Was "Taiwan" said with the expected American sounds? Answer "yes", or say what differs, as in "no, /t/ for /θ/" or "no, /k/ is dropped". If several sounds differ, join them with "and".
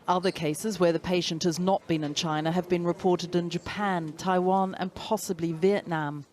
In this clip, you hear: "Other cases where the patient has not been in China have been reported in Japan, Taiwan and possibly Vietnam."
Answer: yes